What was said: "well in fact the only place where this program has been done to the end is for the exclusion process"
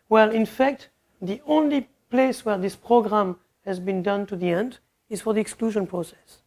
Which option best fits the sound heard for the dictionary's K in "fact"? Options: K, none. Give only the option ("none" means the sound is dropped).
K